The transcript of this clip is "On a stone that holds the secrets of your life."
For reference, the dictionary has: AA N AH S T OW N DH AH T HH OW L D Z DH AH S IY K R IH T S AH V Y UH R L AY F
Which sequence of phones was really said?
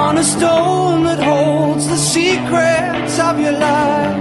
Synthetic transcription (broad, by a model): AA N AH S T OW N DH AH T HH OW L D Z DH AH S IY K R IH T S AH V Y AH R L AY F